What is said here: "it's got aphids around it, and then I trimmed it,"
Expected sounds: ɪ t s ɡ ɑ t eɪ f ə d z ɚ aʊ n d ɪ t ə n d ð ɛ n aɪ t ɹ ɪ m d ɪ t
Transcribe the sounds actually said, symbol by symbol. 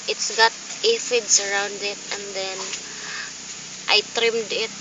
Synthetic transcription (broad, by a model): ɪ t s ɡ ɑ t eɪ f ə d s ɚ aʊ n d ɪ t ə n d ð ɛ n aɪ t ɹ ɪ m d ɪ t